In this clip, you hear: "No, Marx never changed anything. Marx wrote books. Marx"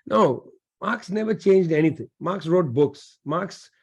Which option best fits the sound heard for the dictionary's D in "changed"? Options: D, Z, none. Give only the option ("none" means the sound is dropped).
D